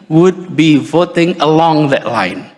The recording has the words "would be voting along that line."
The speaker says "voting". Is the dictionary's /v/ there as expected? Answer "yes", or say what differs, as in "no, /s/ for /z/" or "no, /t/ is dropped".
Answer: yes